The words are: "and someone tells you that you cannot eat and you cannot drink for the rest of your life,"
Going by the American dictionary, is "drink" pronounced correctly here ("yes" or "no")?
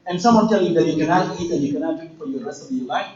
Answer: no